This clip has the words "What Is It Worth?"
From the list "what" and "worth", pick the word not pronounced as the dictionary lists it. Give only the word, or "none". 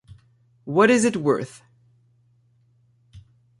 none